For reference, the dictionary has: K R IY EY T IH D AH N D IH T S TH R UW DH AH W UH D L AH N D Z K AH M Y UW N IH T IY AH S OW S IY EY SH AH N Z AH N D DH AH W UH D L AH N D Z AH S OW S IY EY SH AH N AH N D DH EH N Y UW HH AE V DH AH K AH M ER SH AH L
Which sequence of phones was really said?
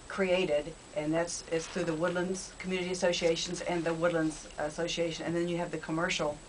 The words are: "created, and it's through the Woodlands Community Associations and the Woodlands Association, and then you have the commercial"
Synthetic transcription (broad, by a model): K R IY EY T IH D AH N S IH T S TH R UW DH AH W UH D L AH N D Z K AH M Y UW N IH T IY AH S OW S IY EY SH AH N Z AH N DH AH W UH D L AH N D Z AH S OW S IY EY SH AH N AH N DH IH N Y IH V DH AH K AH M ER SH L